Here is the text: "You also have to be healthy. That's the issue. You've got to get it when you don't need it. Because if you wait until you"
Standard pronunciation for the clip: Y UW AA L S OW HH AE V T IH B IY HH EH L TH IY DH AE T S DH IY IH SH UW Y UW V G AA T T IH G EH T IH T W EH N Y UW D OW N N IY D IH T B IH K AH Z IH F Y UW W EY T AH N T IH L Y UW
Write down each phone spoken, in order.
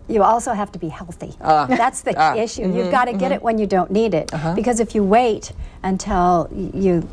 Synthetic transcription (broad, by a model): Y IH AA L S OW HH AE F T IH B IY HH EH L TH IY DH AE T S DH IY IH SH UW Y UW V G AA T T IH G EH T IH T W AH N Y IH D OW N N IY D IH T B IH K AH Z IH F Y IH W EY T AH N T IH L Y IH